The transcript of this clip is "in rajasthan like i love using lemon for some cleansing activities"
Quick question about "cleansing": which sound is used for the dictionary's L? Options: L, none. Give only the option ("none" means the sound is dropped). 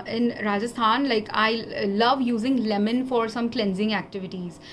L